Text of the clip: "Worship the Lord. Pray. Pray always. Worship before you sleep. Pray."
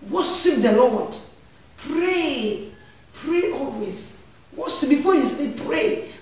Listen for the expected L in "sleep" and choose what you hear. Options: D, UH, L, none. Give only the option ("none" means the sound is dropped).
none